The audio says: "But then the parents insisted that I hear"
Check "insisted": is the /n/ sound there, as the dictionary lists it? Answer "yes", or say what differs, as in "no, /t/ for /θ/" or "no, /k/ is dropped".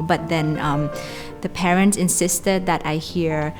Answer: yes